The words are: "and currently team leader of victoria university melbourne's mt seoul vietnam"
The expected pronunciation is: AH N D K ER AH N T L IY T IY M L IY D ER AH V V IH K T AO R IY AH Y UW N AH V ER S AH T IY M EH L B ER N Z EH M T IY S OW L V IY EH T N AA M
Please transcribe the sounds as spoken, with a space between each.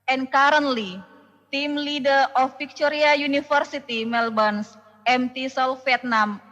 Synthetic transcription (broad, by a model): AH N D K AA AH N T L IY T IY M L IY D ER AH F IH K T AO R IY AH Y UW N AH F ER S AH T IY M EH L B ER N S EH M T IY S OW L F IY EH T N AA M